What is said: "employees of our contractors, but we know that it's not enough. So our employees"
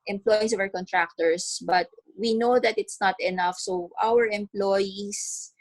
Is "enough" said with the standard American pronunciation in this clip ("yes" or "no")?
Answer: yes